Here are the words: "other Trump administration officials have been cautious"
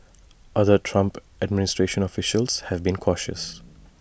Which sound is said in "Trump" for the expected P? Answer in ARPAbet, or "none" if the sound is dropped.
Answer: P